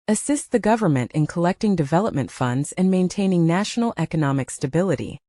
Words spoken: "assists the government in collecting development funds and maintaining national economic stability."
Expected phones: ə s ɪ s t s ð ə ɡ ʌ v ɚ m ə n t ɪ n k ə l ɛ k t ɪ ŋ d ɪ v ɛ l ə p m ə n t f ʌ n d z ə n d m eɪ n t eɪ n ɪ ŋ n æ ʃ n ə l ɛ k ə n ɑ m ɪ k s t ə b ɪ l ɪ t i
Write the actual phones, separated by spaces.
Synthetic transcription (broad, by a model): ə s ɪ s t ð ə ɡ ʌ v ɚ m ə n t ɪ n k ə l ɛ k t ɪ ŋ d ɪ v ɛ l ə p m ə n t f ʌ n d z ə n m eɪ n t eɪ n ɪ ŋ n æ ʃ n l ɛ k ə n ɑ m ɪ k s t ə b ɪ l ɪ t i